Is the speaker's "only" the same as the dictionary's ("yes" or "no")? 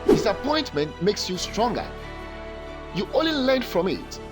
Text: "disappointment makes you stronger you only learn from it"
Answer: no